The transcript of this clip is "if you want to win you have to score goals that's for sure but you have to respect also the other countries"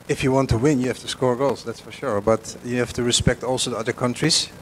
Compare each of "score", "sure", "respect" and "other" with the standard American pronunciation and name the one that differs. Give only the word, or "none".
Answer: none